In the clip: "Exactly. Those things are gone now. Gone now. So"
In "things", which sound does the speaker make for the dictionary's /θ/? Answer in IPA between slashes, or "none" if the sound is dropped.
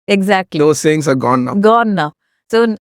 /s/